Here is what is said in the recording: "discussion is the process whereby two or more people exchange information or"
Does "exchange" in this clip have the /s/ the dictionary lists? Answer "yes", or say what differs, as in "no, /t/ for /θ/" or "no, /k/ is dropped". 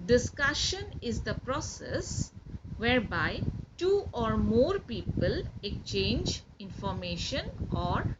no, /s/ is dropped